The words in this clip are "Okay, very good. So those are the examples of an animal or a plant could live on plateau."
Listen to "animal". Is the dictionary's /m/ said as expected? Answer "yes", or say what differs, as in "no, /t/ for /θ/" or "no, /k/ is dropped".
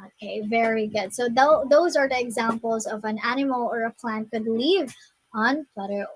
yes